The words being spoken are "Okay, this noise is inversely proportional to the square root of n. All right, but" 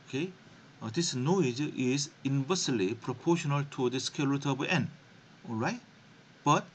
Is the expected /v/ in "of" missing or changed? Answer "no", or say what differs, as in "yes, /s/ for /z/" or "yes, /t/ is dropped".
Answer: yes, /b/ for /v/